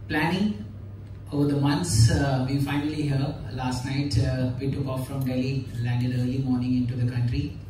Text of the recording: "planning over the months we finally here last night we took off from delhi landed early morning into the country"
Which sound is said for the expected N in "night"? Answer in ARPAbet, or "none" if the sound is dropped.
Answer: N